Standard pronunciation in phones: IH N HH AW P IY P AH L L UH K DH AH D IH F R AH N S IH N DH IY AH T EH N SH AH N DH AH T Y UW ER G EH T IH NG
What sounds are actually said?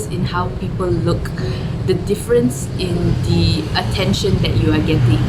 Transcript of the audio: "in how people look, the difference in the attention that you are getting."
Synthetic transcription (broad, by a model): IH N HH AW P IY P AH L L UH K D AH D IH F R AH N S IH N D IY AH T EH N SH AH N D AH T Y UW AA G EH T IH NG